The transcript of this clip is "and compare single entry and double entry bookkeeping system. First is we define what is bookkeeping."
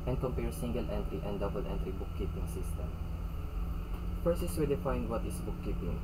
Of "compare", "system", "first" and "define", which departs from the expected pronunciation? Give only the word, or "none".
first